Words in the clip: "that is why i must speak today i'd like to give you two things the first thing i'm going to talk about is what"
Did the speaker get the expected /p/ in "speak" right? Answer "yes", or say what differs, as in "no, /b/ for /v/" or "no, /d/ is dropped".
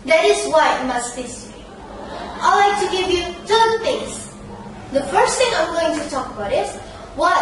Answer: no, /p/ is dropped